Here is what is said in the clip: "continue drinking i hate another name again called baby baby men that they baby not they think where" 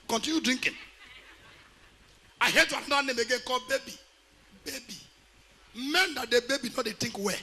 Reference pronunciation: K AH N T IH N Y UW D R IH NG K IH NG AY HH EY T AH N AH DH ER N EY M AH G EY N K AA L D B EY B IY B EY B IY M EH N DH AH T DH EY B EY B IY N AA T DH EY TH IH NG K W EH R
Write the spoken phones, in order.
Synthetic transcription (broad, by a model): K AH N T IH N Y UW D R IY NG K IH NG AY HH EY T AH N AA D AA N EY M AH G EY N K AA L B EY B IY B EY B IY M EH N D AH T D EY B EY B IY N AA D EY T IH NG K W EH